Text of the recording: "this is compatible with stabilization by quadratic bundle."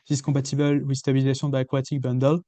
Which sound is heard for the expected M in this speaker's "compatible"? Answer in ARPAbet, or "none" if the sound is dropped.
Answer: none